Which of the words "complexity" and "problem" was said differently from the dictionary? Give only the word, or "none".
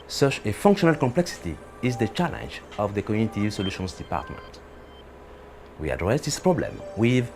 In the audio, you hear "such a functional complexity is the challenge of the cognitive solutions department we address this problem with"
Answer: none